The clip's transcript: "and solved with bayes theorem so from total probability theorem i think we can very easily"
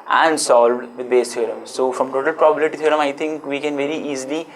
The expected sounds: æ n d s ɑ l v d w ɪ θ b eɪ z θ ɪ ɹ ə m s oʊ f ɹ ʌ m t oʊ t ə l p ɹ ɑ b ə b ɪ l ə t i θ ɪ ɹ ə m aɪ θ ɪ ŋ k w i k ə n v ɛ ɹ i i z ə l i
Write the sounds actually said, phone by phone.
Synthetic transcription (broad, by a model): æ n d s ɑ l v d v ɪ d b eɪ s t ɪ ɹ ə m s oʊ f ɹ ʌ m t oʊ t ə l p ɹ ɑ b ə b ɪ l ə t i t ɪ ɹ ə m aɪ t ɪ ŋ k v i k ə n v ɛ ɹ i i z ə l i